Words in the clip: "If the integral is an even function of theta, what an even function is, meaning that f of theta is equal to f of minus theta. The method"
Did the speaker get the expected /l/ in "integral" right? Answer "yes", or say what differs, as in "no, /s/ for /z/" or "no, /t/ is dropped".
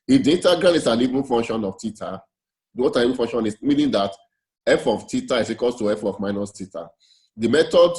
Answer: no, /n/ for /l/